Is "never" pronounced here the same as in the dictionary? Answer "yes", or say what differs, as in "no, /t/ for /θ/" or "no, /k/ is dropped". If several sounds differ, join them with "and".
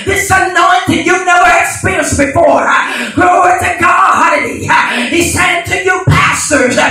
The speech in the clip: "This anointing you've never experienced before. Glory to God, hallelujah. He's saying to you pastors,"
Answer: no, /v/ is dropped